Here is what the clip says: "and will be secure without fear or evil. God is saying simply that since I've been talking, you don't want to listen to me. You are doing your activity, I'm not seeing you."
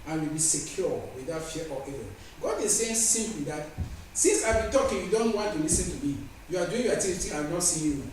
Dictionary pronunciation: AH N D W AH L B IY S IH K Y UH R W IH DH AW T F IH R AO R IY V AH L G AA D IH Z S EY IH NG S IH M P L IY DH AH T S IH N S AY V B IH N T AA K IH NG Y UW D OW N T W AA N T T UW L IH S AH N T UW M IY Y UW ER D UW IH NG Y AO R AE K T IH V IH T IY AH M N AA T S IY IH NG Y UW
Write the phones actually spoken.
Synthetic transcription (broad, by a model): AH N W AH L B IY S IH K Y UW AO W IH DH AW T F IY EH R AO AH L G AA D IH S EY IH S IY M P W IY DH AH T S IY N S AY B IH N T AA K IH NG Y UW D OW N T W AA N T T UW L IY S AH N T UW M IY Y UW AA D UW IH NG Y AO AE T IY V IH T IY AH N AA T S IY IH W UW